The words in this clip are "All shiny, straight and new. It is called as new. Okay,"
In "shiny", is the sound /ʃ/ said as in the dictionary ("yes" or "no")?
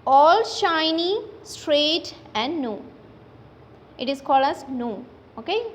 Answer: yes